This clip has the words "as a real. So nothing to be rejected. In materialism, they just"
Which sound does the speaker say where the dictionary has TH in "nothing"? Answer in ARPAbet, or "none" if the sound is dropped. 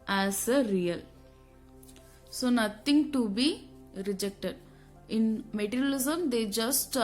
T